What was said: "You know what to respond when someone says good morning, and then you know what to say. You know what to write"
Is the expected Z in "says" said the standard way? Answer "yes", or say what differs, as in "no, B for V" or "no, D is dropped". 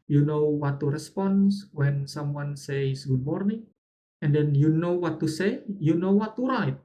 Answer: no, S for Z